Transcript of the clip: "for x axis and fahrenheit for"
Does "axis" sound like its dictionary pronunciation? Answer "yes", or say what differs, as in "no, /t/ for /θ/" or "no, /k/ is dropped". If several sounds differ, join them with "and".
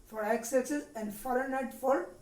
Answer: no, /k/ is dropped